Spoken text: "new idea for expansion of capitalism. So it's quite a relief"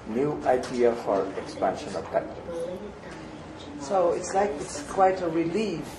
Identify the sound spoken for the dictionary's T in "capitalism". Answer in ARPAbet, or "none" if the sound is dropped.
S